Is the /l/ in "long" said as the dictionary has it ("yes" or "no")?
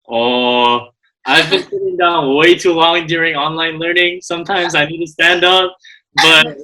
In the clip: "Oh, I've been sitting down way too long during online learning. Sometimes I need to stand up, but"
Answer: no